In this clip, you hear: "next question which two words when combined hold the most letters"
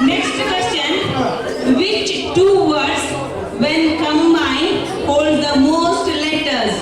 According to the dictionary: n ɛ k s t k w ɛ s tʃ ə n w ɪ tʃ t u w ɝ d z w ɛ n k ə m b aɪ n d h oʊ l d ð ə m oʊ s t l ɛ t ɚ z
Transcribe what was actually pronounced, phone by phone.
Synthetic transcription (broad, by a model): n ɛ k s t k w ɛ s tʃ ə n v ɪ tʃ t u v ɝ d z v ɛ n k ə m aɪ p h oʊ l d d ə m oʊ s t l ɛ t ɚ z